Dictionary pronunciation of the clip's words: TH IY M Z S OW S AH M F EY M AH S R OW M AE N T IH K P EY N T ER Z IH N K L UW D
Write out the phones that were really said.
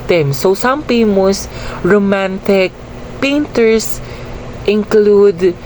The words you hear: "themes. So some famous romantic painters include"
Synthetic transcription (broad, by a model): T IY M S OW S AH M P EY M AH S R OW M AE N T IH K P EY N T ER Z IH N K L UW D